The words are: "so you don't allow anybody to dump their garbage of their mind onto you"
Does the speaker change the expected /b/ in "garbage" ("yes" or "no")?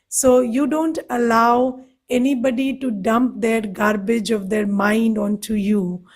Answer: no